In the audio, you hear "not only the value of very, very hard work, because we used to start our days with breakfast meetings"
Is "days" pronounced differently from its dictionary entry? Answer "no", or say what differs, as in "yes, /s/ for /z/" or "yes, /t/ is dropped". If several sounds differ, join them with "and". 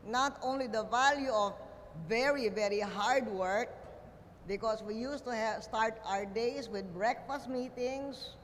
yes, /s/ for /z/